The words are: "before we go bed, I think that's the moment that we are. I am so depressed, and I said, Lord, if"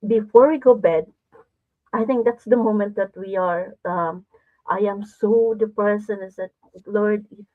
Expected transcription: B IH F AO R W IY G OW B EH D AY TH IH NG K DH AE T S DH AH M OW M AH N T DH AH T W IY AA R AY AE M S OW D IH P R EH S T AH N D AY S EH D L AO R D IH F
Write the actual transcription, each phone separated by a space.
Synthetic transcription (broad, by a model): B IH F AO R W IY G OW B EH D AY TH IH NG K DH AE T S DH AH M OW M AH N T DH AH T W IY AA R AY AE M S OW D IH P R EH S AH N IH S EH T L AO R D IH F